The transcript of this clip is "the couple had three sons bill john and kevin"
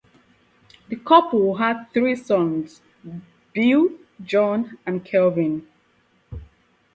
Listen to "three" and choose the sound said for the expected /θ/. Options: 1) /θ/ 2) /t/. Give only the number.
1